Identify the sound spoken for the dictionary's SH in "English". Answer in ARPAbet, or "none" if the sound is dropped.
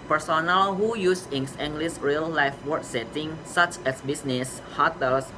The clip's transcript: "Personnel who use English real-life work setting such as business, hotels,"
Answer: S